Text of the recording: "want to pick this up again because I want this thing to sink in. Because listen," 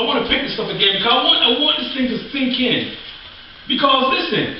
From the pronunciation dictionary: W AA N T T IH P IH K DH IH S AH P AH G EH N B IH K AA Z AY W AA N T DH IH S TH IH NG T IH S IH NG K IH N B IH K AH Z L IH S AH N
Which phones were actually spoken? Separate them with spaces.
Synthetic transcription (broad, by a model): W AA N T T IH P IH K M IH S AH F AH G EH N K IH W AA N AY W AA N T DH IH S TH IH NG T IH TH IH NG K IH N B IH K AH Z L IH S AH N